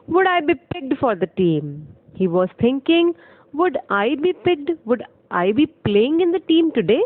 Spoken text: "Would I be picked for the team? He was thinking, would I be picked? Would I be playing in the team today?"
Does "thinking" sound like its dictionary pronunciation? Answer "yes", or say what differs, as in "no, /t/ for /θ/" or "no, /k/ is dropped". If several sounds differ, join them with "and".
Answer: no, /t/ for /θ/